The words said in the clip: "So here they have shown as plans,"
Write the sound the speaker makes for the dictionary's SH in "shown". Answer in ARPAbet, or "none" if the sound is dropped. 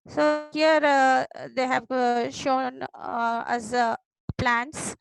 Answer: SH